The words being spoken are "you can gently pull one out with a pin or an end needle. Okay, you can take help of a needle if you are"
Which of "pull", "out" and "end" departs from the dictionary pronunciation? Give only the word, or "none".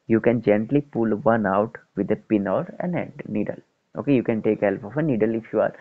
end